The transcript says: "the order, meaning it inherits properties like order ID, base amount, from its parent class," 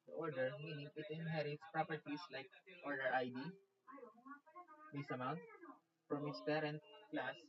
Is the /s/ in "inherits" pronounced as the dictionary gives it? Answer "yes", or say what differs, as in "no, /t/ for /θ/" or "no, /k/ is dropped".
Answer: yes